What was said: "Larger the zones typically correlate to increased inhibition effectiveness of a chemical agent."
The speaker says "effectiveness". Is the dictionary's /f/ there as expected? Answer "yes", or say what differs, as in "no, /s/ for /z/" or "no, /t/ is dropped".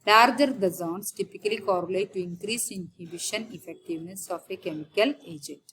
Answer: yes